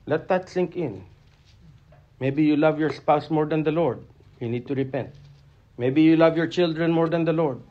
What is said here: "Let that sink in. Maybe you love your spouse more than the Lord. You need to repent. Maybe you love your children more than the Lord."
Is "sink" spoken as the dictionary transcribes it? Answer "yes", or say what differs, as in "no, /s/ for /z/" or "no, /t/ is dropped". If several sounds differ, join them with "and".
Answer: yes